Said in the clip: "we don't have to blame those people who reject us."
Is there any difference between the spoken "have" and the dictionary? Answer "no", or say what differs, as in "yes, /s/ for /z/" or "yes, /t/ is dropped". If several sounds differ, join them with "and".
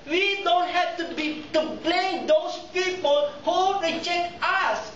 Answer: yes, /b/ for /v/